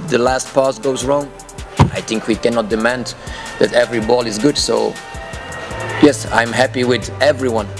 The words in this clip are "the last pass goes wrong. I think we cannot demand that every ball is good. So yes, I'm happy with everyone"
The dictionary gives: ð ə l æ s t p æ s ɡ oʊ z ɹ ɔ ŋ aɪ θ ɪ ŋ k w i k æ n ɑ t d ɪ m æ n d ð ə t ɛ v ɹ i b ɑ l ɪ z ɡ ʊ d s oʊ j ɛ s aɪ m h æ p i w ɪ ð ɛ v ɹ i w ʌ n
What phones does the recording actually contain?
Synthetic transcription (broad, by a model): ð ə l æ s t p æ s ɡ oʊ z ɹ ɔ ŋ aɪ θ ɪ ŋ k w i k æ n ɑ t d ɪ m æ n d ð ə t ɛ v ɹ i b ɑ l ɪ z ɡ ʊ d s oʊ j ɛ s aɪ m h æ p i w ɪ ð ɛ v ɹ i w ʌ n